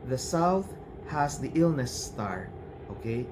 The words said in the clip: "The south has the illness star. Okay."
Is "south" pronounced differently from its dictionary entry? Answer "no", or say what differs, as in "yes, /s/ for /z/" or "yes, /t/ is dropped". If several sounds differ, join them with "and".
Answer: no